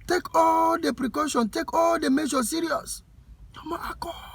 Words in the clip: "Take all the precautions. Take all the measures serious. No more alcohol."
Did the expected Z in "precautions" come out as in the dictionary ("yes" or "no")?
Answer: no